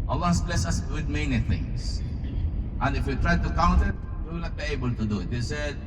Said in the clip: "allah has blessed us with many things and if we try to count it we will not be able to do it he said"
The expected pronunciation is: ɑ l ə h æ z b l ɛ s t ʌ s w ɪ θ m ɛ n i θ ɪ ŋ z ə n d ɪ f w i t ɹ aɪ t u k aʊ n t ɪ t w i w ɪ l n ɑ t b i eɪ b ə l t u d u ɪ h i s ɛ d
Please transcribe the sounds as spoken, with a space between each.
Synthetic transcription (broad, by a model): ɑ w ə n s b l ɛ s ʌ s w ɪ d m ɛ n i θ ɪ ŋ s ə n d ɪ f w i t ɹ aɪ t u k aʊ n t ɪ t w i w ɪ l n ɑ t b i eɪ b ə l t u d u ɪ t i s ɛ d